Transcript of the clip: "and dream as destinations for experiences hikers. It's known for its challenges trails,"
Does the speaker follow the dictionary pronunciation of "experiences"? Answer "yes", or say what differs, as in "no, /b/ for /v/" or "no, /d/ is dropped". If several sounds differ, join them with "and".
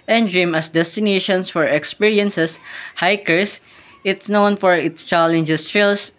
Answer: no, /s/ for /z/